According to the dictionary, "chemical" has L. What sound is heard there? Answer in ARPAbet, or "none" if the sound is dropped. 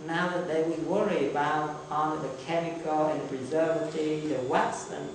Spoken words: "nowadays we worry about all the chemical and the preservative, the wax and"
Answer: L